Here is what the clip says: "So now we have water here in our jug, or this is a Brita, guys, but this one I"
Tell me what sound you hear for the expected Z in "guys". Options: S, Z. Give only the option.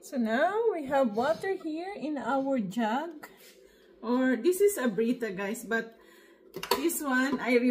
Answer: S